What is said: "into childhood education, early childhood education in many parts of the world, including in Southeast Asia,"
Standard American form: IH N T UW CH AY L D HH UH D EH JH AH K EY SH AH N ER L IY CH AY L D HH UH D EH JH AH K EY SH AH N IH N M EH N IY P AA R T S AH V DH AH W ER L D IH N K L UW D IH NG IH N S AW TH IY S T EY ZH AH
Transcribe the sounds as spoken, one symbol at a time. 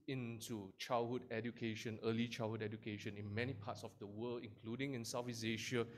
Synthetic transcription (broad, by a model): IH N T UW CH AY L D HH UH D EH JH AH K EY SH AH N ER L IY CH AY L HH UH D EH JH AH K EY SH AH N IH N M EH N IY P AA T S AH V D AH W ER L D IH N K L UW D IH NG IH N S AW F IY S EY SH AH